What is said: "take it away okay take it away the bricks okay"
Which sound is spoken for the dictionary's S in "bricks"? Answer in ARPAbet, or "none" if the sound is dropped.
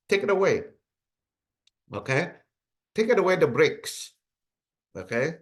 S